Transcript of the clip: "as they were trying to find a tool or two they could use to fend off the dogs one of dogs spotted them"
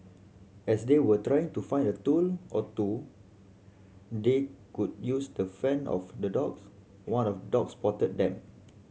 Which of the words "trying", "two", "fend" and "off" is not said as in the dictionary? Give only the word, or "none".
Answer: fend